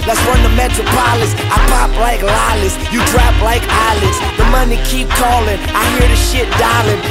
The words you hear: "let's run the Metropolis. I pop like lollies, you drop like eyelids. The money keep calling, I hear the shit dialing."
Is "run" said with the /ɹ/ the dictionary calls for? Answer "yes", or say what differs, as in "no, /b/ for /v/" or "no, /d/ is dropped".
no, /w/ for /ɹ/